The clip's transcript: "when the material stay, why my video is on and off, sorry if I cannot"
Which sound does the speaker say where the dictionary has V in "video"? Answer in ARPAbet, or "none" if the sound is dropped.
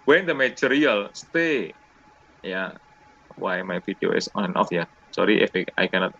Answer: F